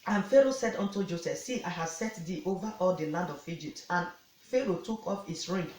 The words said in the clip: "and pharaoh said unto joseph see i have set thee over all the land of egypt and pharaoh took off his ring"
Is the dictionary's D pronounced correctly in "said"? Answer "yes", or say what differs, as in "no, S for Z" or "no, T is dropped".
yes